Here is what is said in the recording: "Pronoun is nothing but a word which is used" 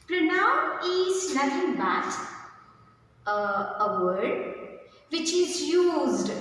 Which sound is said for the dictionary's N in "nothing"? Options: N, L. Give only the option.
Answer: L